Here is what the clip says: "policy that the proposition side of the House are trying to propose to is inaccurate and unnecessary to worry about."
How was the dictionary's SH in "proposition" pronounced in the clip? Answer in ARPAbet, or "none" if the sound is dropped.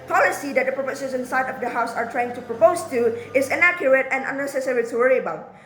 S